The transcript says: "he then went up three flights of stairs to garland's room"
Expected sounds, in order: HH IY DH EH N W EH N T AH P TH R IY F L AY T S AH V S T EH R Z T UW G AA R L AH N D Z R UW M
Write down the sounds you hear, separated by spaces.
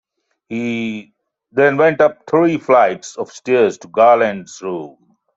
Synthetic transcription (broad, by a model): HH IY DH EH N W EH N T AH P T R IY F L AY T S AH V S T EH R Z T UW G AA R L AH N D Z R UW M